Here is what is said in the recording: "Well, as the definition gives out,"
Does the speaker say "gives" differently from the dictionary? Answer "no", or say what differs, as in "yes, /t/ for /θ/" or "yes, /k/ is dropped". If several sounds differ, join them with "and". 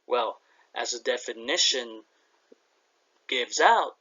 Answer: no